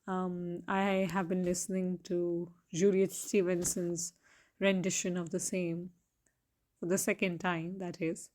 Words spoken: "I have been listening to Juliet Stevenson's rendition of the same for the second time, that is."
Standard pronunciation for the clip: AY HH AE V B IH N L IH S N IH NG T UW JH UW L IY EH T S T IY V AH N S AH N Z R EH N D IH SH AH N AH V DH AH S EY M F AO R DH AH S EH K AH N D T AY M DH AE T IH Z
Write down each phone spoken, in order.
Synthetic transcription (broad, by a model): AY HH AE V B IH N L IH S N IH NG T UW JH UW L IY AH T S T IY V AH N S AH N Z R EH N D IH SH AH N AH V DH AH S EY M F AO R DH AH S EH K AH N D T AY M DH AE T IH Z